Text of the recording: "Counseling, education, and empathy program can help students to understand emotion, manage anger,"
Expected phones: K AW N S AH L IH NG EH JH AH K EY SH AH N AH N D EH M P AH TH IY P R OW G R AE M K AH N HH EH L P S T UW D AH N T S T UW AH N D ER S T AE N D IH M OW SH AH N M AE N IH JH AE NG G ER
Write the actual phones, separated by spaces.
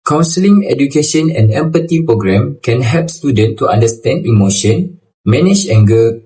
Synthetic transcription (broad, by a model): K AW N S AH L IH NG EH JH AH K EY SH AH N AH N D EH M P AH T IY P R OW G R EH M K AH N HH EH L P S T UW D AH N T T UW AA N D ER S T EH N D IH M OW SH AH N M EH N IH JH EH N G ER